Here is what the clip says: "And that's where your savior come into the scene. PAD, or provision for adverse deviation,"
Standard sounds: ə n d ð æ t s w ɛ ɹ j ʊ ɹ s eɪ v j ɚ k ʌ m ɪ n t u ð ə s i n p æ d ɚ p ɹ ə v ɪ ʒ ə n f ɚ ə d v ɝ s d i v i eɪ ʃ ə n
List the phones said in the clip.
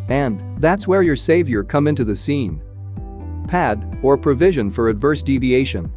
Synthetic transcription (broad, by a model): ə n ð æ t s w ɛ ɹ j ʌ ɹ s eɪ v j ɚ k ʌ m ɪ n t u ð ə s i n p æ d ɚ p ɹ ə v ɪ ʒ ə n f ɚ ə d v ɝ s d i v i eɪ ʃ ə n